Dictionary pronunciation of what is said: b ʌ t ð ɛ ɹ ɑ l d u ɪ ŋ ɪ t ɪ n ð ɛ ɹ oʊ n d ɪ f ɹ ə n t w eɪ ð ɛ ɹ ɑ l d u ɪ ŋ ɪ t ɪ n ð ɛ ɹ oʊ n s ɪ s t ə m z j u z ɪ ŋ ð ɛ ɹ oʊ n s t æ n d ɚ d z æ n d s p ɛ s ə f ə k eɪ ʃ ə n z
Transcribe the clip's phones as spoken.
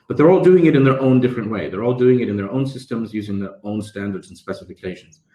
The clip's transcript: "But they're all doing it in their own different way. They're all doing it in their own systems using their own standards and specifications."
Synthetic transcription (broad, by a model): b ʌ t ð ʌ ɹ ɑ l d u ɪ ŋ ɪ t ɪ n ð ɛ ɹ oʊ n d ɪ f ɹ ə n t w eɪ ð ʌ ɹ ɑ l d u ɪ ŋ ɪ t ɪ n ð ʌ ɹ oʊ n s ɪ s t ə m z j u z ɪ ŋ ð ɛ ɹ oʊ n s t æ n d ɚ d z n s p ɛ s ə f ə k eɪ ʃ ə n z